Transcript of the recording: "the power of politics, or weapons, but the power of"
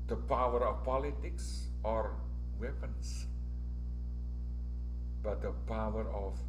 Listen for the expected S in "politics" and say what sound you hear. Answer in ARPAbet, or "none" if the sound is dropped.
S